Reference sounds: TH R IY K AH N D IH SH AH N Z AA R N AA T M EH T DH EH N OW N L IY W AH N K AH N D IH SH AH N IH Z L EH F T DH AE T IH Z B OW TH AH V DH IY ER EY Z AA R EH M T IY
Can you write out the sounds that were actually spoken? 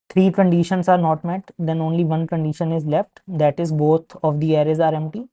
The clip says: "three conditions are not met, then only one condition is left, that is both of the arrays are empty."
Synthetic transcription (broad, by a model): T R IY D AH N D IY SH AH N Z AA R N AA T M EH T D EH N OW N L IY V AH N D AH N D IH SH AH N IH Z L EH F T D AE T IH Z B OW T AH V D IY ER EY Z AA R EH M T IY